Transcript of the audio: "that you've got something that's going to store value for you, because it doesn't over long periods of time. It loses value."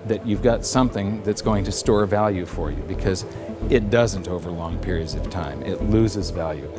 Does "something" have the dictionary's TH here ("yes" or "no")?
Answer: yes